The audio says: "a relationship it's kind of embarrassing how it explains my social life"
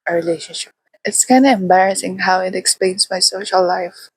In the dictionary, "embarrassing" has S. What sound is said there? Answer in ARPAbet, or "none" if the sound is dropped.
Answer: S